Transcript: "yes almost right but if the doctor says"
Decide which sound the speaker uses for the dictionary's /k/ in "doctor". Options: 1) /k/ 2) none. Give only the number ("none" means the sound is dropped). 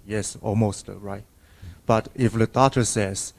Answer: 2